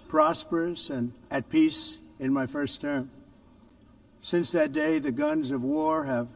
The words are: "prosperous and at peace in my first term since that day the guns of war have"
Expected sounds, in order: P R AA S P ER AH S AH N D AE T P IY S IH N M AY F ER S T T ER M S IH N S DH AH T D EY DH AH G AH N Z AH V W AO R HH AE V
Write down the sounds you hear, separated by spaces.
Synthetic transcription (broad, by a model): P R AA S P ER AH S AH N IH T P IY S IH N M AY F ER S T T ER M S IH N S DH AH T D EY DH AH G AH N Z AH V W AO R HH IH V